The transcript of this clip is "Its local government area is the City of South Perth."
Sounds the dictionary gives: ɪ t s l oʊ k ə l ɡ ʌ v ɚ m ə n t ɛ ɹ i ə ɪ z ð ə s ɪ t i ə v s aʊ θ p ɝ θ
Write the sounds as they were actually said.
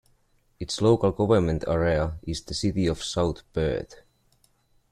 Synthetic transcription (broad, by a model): ɪ t s l oʊ k ə l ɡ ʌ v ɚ m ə n t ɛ ɹ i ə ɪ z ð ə s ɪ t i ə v s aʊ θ b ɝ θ